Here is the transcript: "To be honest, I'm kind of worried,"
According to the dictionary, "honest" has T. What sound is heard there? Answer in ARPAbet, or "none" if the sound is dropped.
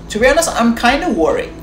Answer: none